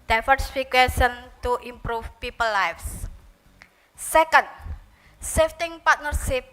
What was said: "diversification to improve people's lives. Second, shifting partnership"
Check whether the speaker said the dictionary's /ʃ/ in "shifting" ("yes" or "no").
no